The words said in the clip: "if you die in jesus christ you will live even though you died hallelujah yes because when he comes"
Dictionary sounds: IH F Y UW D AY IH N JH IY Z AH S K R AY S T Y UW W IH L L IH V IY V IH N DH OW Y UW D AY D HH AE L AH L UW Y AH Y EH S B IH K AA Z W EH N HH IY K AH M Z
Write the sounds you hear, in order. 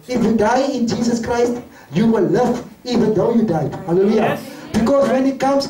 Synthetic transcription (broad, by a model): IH F Y UW D AY IH N JH IY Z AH S K R AY S T Y UW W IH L L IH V IY V IH N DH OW Y UW D AY HH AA L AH L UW Y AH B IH K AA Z W EH N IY K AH M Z